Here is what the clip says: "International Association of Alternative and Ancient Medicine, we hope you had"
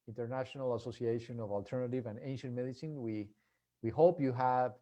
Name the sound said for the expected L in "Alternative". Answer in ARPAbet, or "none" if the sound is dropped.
L